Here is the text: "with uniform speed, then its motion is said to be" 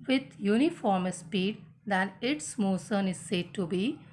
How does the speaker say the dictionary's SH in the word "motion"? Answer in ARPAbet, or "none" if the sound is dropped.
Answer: S